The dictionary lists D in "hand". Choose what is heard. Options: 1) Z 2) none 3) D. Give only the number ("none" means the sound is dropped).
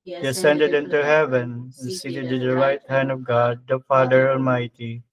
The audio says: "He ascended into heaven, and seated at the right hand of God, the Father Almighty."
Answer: 3